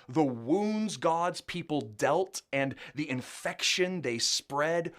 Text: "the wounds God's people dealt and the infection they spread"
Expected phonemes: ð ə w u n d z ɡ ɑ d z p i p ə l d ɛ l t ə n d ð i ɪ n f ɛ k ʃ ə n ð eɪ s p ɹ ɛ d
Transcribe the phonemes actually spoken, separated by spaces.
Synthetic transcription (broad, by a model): ð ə w u n d z ɡ ɑ d z p i p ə l d ɛ l t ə n ð i ɪ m f ɛ k ʃ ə n ð eɪ s p ɹ ɛ d